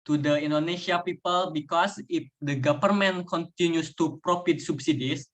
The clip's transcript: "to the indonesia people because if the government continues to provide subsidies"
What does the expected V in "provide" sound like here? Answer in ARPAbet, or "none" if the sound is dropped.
F